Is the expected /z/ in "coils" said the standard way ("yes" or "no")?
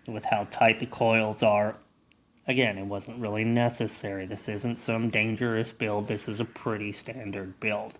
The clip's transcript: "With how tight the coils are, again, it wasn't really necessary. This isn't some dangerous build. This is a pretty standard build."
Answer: yes